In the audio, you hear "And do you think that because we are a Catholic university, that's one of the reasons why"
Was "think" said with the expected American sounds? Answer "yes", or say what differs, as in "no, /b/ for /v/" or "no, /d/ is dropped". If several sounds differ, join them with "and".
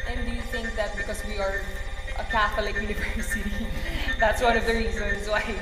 yes